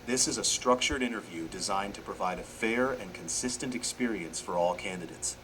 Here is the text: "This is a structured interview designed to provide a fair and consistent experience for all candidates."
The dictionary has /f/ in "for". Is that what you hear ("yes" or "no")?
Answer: yes